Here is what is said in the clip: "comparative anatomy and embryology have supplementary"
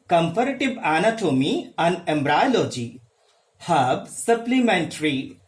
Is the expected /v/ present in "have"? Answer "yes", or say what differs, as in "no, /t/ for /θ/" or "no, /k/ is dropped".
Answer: no, /b/ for /v/